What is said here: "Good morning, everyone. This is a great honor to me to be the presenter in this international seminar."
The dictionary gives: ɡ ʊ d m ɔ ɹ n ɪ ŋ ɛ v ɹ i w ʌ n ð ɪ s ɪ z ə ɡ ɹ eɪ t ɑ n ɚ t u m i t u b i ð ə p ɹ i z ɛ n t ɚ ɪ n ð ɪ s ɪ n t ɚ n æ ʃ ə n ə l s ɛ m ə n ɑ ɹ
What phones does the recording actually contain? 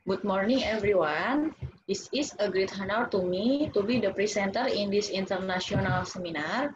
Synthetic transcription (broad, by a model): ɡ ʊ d m ɔ ɹ n ɪ ŋ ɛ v ɹ i w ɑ n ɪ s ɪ s ə ɡ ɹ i t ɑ n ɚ t u m i t u b i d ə p ɹ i s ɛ n t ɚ ɪ n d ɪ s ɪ n t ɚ n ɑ s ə n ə l s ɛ m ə n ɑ ɹ